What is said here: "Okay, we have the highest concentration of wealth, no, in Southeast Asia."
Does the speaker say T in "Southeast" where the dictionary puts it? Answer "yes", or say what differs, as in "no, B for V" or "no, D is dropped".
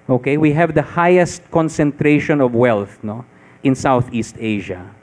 yes